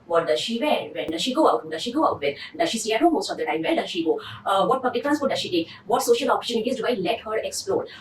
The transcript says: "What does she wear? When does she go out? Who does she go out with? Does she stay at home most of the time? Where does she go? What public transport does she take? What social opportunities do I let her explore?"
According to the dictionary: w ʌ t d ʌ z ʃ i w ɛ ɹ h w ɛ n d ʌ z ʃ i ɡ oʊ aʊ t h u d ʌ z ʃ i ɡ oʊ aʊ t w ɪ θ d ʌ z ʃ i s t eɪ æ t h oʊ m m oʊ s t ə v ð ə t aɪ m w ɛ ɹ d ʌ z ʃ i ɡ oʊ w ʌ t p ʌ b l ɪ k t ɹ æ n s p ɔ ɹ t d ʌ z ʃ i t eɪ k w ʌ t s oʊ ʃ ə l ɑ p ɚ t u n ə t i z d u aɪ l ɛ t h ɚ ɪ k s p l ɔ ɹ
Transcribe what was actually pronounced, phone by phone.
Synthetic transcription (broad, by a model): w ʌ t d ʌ ʃ i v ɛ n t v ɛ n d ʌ ʃ i ɡ oʊ aʊ t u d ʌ ʃ i ɡ oʊ aʊ t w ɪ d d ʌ ʃ i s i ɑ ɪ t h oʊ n m oʊ s t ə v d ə t aɪ m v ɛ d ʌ ʃ i ɡ oʊ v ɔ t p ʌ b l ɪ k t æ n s ɔ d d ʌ ʃ i t eɪ k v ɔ t s oʊ ʃ ə l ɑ p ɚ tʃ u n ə t i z d u aɪ l ɛ t h ɚ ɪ k s p l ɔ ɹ